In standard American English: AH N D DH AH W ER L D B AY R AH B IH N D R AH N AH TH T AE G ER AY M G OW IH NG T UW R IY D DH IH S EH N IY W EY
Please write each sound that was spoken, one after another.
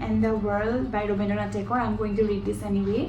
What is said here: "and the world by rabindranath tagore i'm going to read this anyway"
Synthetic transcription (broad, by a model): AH N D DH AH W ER L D B AY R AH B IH N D AH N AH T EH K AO AY M G OW IH NG T UW L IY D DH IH S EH N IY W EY